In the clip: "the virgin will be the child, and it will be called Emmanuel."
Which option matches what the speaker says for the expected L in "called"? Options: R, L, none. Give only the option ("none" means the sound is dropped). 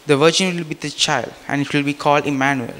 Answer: L